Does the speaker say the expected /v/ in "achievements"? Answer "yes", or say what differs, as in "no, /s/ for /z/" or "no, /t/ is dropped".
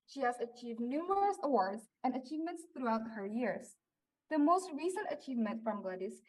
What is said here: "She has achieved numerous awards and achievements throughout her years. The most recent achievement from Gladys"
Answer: yes